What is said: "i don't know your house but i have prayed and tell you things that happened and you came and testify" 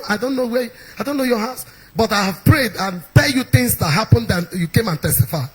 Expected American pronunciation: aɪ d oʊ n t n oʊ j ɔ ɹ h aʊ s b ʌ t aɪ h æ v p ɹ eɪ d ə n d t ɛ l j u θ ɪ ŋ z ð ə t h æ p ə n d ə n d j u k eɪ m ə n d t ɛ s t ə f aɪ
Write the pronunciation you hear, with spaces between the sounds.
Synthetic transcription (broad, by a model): aɪ d oʊ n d n oʊ j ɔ h aʊ s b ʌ t aɪ h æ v p ɹ eɪ d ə n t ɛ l j u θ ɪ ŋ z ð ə t h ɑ p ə n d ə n j u k eɪ m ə n t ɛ s t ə f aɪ